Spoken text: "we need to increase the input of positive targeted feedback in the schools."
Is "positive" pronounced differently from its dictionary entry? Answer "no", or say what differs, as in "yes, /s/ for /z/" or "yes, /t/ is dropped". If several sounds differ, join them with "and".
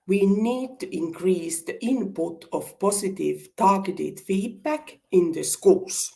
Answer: yes, /s/ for /z/